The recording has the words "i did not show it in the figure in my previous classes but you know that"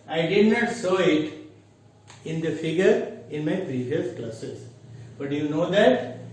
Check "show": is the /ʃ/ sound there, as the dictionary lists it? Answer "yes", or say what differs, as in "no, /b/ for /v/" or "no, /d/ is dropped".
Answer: no, /s/ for /ʃ/